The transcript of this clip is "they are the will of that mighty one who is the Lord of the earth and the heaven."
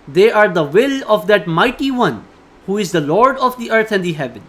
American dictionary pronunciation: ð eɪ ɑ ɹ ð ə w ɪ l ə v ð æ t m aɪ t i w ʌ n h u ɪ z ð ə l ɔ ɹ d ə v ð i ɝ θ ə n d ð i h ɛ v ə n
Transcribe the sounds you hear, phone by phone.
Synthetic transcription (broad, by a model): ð eɪ ɑ ɹ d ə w ɪ l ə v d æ t m aɪ t i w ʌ n h u ɪ z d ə l ɔ ɹ d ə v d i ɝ t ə n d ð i h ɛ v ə n